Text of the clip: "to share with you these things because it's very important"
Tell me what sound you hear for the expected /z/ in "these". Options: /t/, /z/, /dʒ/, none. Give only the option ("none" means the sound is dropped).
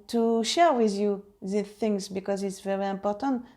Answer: none